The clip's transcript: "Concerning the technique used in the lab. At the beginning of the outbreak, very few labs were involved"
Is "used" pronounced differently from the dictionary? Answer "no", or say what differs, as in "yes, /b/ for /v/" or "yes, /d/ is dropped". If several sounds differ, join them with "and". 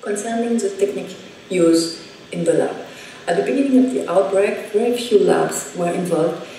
yes, /d/ is dropped